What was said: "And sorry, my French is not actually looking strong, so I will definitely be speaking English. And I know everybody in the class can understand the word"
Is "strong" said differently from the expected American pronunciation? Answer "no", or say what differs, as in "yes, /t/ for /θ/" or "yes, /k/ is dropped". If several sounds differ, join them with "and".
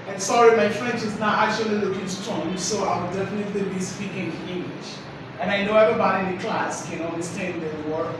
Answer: yes, /ɹ/ is dropped